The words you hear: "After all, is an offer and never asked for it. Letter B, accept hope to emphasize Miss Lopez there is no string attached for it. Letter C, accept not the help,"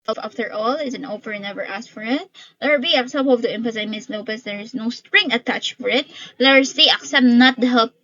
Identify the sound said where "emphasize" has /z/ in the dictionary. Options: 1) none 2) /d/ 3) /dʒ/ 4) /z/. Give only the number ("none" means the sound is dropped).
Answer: 1